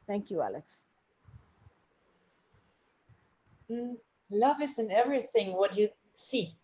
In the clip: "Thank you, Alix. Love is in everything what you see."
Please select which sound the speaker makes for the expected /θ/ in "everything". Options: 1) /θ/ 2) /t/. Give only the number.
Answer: 1